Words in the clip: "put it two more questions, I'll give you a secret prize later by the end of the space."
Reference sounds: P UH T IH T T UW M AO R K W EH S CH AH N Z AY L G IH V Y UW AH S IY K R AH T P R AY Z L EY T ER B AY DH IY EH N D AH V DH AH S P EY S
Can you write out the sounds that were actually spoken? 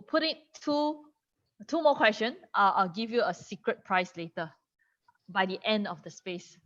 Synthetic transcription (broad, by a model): P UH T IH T T UW M AO K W EH S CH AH N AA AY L G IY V Y UW AH S IY K R AH T P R AY S L EY T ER B AY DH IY EH N D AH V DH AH S P EY S